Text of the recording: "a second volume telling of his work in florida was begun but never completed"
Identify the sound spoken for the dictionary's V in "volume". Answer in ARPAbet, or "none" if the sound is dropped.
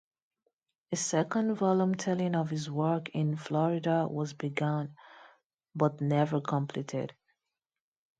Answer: V